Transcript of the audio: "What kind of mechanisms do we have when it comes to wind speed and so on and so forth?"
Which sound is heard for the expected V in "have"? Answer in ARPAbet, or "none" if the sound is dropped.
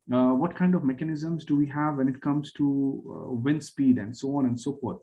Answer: V